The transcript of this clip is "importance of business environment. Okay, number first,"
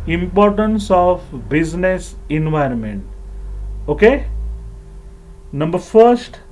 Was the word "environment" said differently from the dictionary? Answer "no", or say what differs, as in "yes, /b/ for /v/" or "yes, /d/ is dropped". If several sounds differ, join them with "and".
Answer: no